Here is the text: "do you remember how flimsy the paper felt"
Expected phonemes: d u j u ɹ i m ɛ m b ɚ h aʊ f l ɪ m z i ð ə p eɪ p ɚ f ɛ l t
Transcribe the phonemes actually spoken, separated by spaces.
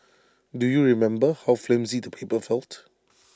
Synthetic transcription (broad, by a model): d u j u ɹ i m ɛ m b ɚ h aʊ f l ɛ m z i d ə p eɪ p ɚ f ɛ l t